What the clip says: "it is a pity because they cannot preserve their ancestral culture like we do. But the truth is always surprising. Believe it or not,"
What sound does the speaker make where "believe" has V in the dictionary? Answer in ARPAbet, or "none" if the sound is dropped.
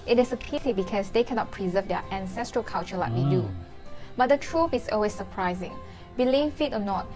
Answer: F